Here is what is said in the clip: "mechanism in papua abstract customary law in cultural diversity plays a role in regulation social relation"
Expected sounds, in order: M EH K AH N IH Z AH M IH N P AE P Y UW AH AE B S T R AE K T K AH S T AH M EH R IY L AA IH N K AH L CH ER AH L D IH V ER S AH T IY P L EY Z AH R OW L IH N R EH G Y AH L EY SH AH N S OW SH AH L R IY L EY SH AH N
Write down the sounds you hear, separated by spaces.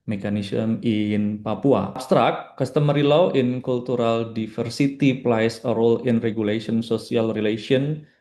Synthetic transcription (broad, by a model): M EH K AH N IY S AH M IH N P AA P UW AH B S T R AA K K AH S T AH M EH R IY L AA IH N K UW L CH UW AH L D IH F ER S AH T IY P L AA S AH R OW L IH N R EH G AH L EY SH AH N S OW S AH L R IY L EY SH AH N